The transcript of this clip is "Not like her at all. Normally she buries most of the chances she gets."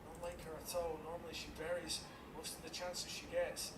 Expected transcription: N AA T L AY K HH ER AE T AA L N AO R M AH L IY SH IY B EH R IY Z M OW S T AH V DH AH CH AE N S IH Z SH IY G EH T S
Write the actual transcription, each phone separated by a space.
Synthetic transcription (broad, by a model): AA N L AY K HH ER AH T AA L N AO R M AH L IY SH IY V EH R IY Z M OW S T AH V DH AH CH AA N S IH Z SH IY G EH T S